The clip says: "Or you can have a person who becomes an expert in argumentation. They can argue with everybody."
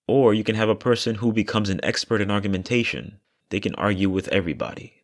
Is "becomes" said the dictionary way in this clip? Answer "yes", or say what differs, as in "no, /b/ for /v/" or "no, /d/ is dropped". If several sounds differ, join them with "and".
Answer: yes